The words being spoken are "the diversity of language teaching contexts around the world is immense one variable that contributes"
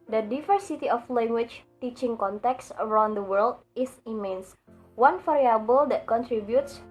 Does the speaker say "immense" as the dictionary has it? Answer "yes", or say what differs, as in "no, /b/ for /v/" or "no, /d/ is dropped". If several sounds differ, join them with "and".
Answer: yes